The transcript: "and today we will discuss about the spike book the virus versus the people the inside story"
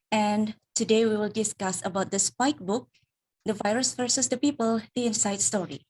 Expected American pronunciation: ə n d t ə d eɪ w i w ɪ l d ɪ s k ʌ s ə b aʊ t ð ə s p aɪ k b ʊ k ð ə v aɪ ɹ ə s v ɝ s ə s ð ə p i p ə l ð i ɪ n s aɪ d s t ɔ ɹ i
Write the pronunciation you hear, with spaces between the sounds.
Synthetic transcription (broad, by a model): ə n t ə d eɪ w i w ɪ l d ɪ s k ʌ s ə b aʊ t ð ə s p aɪ k b ʊ k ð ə v aɪ ɹ ə s f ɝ s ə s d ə p i p ə l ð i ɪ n s aɪ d s t ɔ ɹ i